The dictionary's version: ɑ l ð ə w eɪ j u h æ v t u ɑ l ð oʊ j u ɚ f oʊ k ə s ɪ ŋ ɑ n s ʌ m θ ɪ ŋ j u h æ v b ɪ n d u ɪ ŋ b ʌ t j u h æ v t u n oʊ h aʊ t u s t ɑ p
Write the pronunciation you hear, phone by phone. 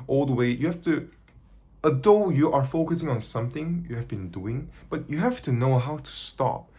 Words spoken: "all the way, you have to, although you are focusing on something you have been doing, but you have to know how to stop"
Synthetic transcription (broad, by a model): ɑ l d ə w eɪ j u h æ f t u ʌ ð oʊ j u ɚ f oʊ k ə s ɪ ŋ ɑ n s ʌ m θ ɪ ŋ j u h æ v b ɪ n d u ɪ ŋ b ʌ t j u h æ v t u n oʊ h aʊ t u s t ɑ p